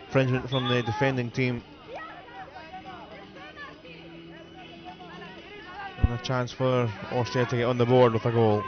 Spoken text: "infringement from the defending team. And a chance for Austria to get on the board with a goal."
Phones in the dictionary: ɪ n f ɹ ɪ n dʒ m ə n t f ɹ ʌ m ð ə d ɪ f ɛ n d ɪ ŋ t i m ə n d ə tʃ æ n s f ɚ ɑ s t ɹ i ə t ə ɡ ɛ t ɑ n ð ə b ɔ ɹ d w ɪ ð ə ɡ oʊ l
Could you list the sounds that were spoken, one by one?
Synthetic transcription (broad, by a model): f ɹ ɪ n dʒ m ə n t f ɹ ʌ m ð ə d ɪ f ɛ n d ɪ ŋ t i m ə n ə tʃ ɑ n s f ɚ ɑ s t i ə t ə ɡ ɛ t n ð ə b ɔ ɹ d w ɪ ð ə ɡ oʊ l